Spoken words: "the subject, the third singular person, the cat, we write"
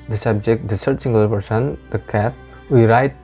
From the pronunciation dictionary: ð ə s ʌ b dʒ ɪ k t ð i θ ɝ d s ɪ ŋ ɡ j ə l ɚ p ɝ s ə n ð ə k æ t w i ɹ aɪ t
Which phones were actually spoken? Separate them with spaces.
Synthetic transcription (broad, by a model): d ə s ʌ b dʒ ɪ k t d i s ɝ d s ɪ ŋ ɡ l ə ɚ p ɝ s ə n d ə k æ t w i ɹ aɪ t